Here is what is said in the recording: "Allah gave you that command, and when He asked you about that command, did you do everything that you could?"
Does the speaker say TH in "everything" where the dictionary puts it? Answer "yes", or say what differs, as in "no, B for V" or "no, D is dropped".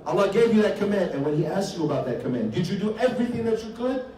yes